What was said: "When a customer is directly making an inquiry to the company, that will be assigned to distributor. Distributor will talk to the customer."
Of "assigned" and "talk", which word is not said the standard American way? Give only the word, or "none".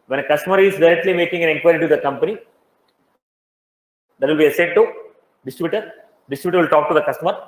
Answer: assigned